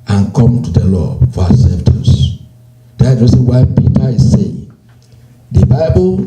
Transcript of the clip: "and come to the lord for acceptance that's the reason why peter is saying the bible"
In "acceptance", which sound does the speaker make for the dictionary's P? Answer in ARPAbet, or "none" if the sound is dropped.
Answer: F